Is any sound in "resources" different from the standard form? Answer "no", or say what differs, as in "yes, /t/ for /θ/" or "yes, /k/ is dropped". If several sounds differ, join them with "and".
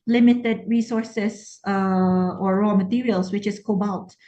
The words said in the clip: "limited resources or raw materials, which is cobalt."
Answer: yes, /z/ is dropped